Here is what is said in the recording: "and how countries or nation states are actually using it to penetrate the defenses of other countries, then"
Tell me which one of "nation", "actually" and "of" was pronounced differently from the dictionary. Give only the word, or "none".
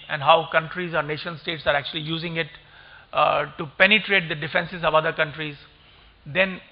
none